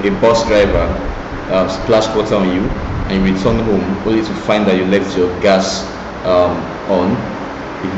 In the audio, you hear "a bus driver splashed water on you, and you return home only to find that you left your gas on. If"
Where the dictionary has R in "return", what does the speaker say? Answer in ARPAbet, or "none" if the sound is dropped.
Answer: W